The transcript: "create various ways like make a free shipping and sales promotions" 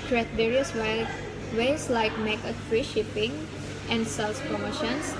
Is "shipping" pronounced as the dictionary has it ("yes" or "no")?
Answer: yes